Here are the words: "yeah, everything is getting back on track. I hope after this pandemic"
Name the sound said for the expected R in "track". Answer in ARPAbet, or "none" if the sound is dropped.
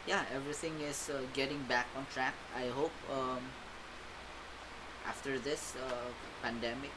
R